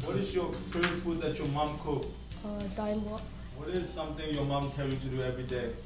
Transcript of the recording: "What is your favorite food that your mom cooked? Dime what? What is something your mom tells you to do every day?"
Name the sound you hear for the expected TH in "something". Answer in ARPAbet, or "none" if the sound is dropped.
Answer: T